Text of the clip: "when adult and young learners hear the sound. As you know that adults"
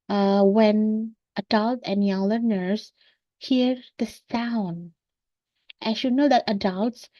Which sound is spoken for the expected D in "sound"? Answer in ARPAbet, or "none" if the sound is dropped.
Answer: D